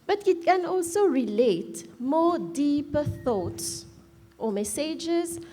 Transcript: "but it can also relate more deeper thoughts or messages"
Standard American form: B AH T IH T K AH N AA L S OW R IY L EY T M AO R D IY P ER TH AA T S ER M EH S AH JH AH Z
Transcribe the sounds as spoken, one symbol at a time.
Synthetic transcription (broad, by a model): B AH T IH T K AH N AA L S OW R IY L EY T M AO D IY P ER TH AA T S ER M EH S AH JH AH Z